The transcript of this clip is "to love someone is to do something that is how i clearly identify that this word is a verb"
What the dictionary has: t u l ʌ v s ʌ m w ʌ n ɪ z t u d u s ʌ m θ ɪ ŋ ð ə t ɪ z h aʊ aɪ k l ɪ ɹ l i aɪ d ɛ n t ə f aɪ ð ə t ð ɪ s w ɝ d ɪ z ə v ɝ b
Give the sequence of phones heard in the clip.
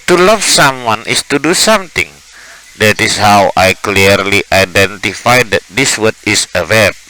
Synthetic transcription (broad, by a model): t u l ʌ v s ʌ m w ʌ n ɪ s t u d u s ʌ m t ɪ ŋ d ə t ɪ s h aʊ aɪ k l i ɹ l i aɪ d ɛ n t ə f aɪ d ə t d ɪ s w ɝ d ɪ s ə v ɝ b